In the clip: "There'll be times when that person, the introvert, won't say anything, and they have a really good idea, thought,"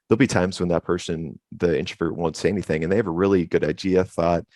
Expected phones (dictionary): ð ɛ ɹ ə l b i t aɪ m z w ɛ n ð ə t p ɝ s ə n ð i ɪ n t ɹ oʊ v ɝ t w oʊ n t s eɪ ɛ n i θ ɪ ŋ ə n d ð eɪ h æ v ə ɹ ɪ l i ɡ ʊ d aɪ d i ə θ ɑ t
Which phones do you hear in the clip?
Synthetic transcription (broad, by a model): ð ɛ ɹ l b i t aɪ m z w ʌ n ð ə t p ɝ s ə n ð i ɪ n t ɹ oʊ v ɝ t w oʊ n t s eɪ ɛ n i θ ɪ ŋ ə n ð eɪ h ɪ v ə ɹ ɪ l i ɡ ʊ d aɪ d i ə θ ɑ t